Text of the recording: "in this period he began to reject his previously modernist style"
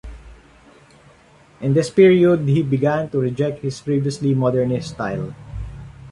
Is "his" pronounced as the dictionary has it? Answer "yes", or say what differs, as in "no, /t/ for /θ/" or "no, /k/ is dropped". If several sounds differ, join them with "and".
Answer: no, /s/ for /z/